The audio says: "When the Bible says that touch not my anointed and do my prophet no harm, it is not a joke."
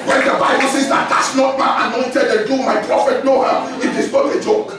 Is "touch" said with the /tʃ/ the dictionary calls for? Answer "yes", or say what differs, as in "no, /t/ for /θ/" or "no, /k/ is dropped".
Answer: no, /s/ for /tʃ/